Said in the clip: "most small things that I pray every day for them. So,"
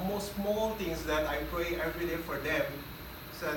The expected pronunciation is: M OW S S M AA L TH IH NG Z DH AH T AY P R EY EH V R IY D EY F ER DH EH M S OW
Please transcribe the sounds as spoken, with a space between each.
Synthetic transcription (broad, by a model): M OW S S M AA L T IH NG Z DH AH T AY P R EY EH V R IY D EY F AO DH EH M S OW